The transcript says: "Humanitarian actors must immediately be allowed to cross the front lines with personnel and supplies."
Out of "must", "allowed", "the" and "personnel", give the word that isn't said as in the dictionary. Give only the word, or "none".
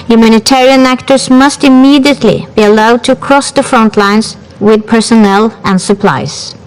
none